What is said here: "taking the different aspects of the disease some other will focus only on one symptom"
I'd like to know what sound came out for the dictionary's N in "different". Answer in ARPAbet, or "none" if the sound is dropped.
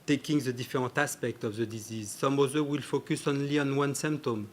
none